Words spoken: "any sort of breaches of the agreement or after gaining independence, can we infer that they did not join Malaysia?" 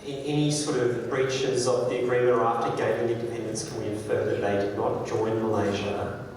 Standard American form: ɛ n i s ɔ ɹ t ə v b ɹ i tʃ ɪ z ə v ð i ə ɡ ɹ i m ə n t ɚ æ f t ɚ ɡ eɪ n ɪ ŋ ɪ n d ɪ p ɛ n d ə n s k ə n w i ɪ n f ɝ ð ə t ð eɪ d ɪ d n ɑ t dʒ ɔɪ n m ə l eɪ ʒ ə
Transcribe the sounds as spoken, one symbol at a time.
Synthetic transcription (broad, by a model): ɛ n i s ɔ ɹ t ə v b ɹ i tʃ ɪ z ə v ð i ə ɡ ɹ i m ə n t ɚ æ f t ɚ ɡ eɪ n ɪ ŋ ɪ n d ɪ p ɛ n d ə n s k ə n w i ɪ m f ɝ ð ə t ð eɪ d ɪ d n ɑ t dʒ ɔɪ n m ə l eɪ ʒ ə